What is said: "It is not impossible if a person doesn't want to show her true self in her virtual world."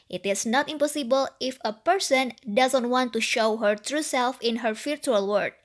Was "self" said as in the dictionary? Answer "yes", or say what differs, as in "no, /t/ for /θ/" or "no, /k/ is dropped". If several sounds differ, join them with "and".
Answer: yes